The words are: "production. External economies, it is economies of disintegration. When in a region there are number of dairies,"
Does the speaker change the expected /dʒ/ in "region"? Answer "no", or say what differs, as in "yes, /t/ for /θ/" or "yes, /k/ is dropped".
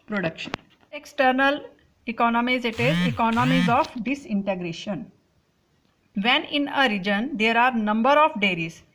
no